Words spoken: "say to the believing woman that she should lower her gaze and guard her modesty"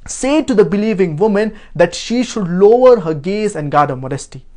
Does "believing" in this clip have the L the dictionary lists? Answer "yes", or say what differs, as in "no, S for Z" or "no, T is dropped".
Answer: yes